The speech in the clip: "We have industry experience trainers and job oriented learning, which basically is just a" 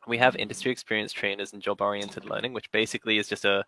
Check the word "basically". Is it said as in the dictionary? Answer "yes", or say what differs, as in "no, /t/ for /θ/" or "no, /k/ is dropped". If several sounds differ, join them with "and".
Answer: yes